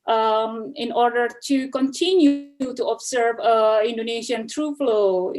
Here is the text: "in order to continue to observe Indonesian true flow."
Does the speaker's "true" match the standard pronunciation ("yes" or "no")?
yes